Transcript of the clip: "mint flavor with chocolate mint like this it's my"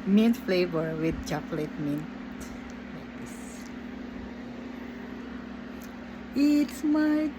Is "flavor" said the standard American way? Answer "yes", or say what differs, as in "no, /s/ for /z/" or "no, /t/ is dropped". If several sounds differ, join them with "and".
yes